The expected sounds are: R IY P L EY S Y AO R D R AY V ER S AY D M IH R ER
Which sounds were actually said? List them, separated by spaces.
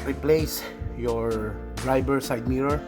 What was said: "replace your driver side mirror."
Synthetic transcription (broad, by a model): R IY P L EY S Y AO R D R AY B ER S AY D M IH R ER